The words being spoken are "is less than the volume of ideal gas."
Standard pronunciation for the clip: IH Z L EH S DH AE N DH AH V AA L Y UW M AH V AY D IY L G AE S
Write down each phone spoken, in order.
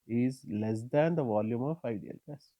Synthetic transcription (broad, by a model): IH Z L EH S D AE N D AH V AA L Y UW M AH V AY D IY L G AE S